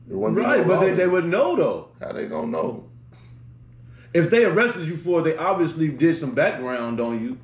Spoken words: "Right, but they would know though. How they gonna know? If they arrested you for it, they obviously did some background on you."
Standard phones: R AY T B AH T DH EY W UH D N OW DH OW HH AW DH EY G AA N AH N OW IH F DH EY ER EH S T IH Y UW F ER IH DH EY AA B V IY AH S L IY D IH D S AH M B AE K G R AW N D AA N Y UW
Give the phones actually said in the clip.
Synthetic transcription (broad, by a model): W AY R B AH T DH EY W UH D N OW DH OW HH AW DH EY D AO AH N OW IH F DH EY ER EH S T IH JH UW F ER DH EY AA B V IY AH S L IY D IH D S AH M B AE K G R AW N D N Y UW